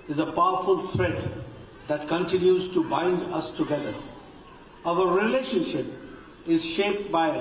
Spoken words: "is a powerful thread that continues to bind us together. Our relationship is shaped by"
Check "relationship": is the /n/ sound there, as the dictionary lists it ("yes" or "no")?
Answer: yes